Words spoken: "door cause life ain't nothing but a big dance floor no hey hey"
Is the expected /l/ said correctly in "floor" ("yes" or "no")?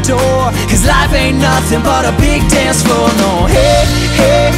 no